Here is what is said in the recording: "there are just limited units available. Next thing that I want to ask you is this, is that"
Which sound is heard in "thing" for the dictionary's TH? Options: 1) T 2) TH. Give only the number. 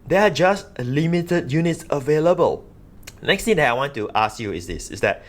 1